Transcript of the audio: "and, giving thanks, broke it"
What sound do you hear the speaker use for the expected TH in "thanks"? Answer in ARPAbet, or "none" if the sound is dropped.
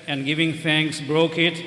F